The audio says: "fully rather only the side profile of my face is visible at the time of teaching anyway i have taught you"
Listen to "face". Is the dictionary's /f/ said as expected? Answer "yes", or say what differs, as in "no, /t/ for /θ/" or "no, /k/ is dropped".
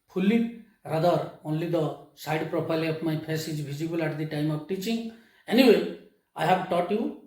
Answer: no, /p/ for /f/